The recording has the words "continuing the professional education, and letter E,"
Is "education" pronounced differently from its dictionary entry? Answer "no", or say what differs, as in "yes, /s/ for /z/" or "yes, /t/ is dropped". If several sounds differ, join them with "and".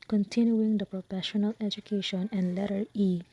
no